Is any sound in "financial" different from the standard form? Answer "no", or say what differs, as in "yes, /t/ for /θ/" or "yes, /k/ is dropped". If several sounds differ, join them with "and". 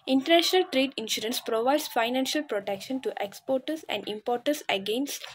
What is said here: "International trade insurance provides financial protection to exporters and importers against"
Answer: no